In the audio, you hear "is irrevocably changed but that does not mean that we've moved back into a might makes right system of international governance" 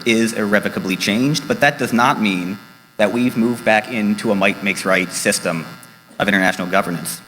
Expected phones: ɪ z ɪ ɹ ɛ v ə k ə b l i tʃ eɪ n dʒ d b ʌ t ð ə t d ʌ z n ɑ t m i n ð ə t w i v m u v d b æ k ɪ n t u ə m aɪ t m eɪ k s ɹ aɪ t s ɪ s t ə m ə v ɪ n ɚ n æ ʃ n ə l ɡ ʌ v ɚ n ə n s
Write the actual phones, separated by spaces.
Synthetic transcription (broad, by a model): ɪ z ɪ ɹ ɛ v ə k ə b l i tʃ eɪ n dʒ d b ʌ t ð ə t d ʌ z n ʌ t m i n ð ə t w i v m u v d b æ k ɪ n t u ə m aɪ t m eɪ k s ɹ aɪ t s ɪ s t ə m ə v ɪ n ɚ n æ ʃ n l ɡ ʌ v ɚ n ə n s